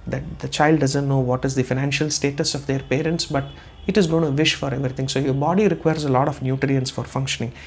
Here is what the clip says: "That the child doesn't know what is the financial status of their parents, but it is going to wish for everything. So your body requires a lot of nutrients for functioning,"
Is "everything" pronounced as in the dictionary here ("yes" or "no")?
no